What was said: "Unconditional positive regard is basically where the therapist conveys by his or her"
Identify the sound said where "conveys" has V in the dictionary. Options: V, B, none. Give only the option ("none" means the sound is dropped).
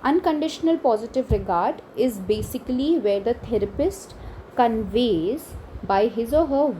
V